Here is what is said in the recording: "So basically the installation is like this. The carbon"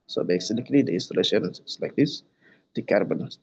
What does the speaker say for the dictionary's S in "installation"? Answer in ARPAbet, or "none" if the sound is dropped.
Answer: S